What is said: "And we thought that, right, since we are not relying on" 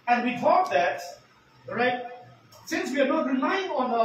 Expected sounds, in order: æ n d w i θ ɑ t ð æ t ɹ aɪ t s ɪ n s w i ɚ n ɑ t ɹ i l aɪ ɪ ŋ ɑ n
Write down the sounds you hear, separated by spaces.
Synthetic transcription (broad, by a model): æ n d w i t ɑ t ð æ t ɹ aɪ t s ɪ n s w i ɚ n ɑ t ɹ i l aɪ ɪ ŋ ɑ n